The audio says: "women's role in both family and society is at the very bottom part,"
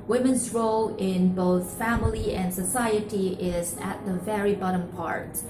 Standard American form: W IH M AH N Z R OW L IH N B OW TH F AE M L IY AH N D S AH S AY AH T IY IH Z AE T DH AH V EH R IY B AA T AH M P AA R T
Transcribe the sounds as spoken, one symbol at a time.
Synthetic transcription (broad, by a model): W IH M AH N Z R OW L IH N B OW TH F AE M L IY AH N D S AH S AY AH T IY IH Z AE T DH AH V EH R IY B AA T AH M P AA R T